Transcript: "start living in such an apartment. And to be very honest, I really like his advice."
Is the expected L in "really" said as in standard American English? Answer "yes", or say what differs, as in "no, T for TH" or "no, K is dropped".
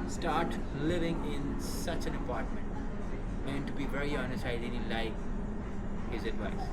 no, N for L